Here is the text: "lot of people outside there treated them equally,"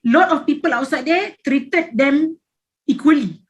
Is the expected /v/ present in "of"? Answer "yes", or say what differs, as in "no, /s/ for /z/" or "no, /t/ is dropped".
no, /f/ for /v/